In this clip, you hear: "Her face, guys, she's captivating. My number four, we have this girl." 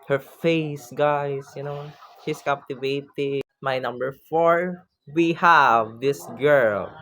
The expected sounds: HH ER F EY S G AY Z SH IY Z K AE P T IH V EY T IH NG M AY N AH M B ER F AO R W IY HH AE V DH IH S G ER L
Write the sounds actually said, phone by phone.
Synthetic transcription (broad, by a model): HH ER F EY S G AY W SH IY S K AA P T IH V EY T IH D M AY N AH M B ER F AO R W IY HH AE V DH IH S G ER L